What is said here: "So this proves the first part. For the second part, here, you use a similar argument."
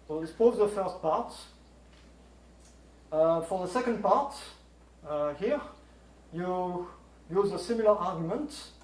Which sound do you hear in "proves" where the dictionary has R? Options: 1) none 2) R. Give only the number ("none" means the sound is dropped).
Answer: 1